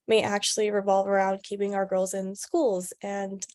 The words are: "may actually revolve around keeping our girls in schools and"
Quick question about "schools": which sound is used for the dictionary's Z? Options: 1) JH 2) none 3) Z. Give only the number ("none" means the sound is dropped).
3